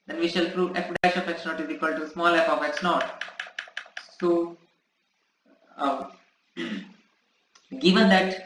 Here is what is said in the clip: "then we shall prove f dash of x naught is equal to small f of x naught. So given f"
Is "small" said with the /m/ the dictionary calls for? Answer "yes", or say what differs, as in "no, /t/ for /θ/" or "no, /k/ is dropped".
yes